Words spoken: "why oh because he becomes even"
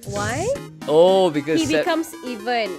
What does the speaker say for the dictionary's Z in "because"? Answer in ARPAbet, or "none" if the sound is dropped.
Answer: none